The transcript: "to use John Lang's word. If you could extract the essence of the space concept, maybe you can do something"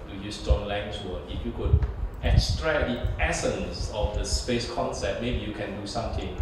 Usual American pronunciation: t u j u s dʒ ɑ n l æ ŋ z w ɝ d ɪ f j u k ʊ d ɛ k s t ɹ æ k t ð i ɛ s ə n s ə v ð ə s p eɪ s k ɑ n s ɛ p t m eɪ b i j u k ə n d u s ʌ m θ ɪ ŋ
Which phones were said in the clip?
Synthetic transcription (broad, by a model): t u j u s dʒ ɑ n l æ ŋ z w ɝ ɪ f j u k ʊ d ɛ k s t ɹ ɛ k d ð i ɛ s ə n s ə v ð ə s p eɪ s k ɑ n s ɛ p t m eɪ b i j u k ə n d u s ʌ m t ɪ ŋ